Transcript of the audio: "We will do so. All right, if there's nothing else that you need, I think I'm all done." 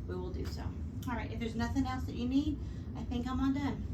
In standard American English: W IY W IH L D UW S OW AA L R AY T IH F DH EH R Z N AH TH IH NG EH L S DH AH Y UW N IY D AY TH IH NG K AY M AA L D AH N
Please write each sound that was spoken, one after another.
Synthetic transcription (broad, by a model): W IY W IH L D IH S OW AA L R AY T IH F DH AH R Z N AH TH IH NG EH L S DH AH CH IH N IY D AY TH IH NG K AY M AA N D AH N